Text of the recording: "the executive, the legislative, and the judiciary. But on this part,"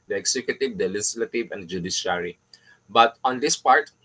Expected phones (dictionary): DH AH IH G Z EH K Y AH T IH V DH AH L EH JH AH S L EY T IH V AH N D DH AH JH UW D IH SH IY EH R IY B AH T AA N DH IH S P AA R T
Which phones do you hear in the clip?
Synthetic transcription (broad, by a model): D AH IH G S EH K Y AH T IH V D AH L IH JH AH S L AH T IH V AH N D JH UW D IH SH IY R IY B AH T AA N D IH S P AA R T